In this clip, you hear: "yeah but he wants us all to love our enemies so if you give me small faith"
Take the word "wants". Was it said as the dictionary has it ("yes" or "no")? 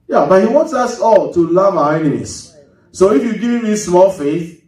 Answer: yes